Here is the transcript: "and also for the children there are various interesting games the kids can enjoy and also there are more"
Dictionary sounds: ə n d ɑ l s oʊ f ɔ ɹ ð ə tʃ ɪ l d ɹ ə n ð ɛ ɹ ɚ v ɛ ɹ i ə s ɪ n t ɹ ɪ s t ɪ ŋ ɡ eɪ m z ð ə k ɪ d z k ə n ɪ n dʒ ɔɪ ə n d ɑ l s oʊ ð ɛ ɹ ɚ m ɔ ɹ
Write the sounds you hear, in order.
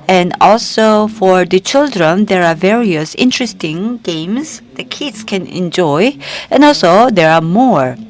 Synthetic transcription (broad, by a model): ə n d ɑ l s oʊ f ɔ ɹ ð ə tʃ ɪ l d ɹ ə n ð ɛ ɹ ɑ v ɛ ɹ i ə s ɪ n t ɹ ɪ s t ɪ ŋ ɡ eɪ m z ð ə k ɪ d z k ə n ɪ n dʒ ɔɪ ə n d ɑ l s oʊ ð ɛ ɹ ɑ m ɔ ɹ